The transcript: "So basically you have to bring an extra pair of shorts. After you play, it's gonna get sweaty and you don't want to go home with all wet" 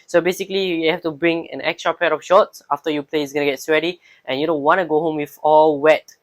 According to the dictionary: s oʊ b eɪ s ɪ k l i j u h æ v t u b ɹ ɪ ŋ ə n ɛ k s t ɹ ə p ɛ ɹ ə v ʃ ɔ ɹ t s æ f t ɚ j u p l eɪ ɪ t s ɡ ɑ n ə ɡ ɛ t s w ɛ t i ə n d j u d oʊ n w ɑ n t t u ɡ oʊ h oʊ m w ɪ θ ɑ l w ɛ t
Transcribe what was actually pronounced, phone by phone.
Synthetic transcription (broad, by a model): s oʊ b eɪ s ɪ k l i j u h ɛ f t u b ɹ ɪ ŋ ə n ɛ k s t ɹ ə p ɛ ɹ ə f ʃ ɔ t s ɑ f t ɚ j u p l eɪ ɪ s ɡ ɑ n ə ɡ ɛ t s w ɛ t i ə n j u d oʊ n w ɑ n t t u ɡ oʊ h oʊ m w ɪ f ɑ l w ɛ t